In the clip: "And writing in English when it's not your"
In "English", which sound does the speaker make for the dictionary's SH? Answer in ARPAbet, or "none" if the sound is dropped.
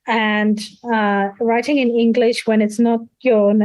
SH